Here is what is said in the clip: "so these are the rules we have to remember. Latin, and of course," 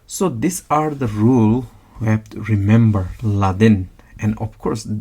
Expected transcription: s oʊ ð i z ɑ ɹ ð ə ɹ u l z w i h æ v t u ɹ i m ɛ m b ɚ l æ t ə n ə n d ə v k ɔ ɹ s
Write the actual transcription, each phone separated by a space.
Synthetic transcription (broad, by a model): s oʊ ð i s ɑ ɹ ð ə ɹ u l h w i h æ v t u ɹ i m ɛ m b ɚ l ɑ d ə n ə n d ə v k ɔ ɹ s